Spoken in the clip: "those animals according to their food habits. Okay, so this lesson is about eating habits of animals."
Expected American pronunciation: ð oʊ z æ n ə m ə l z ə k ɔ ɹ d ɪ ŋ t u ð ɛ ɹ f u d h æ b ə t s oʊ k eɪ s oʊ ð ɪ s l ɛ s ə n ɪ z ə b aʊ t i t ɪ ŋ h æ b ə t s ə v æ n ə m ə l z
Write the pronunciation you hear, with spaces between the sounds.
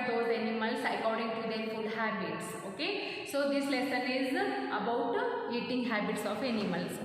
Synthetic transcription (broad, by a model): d oʊ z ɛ n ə m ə l s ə k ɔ ɹ d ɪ ŋ t u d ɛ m f u d h æ b ə t s oʊ k eɪ s oʊ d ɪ s l ɛ s ə n ɪ z ə b aʊ t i t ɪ ŋ h æ b ə t s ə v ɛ n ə m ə l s